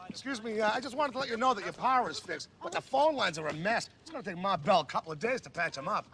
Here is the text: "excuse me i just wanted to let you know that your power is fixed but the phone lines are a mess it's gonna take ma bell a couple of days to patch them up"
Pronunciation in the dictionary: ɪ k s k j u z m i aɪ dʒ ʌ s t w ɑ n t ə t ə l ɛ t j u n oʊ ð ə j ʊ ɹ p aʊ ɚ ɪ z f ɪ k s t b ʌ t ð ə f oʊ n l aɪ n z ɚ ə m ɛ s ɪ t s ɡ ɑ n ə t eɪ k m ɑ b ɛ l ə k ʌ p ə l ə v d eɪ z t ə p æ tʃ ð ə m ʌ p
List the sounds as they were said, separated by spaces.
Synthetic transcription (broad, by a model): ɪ k s k j u z m i aɪ dʒ ʌ s t w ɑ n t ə t ə l ɛ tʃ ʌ n oʊ ð ə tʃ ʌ ɹ p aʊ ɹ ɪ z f ɪ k s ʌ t ð ə f oʊ n l aɪ n z ɚ ə m ɛ s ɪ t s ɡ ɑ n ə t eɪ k m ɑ b ɛ l ə k ʌ p l ə v d eɪ z t ə p æ tʃ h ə m ʌ p